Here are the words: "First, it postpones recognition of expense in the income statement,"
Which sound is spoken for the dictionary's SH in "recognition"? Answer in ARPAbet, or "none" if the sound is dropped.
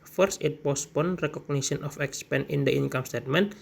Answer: S